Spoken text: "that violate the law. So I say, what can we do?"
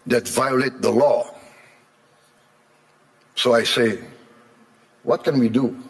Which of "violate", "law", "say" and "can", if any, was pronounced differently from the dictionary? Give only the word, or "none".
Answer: none